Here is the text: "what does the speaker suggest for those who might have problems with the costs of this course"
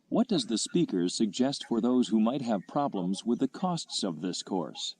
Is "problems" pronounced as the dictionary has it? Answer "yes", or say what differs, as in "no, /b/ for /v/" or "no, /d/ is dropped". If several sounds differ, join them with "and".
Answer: yes